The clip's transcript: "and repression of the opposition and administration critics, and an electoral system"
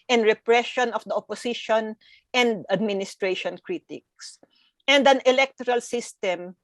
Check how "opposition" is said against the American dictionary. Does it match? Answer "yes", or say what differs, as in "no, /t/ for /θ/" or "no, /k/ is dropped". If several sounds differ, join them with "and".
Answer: no, /s/ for /z/